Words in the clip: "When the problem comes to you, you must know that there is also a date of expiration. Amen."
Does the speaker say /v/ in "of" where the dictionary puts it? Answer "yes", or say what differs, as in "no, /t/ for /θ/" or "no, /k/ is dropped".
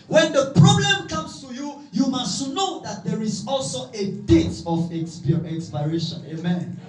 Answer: no, /p/ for /v/